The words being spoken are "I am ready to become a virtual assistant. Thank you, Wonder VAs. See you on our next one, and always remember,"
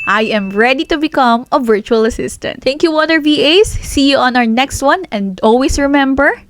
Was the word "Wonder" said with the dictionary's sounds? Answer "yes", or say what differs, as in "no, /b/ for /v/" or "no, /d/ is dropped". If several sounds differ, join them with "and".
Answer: no, /n/ is dropped